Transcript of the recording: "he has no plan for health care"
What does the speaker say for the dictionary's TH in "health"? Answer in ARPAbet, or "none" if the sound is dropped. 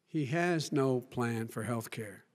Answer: TH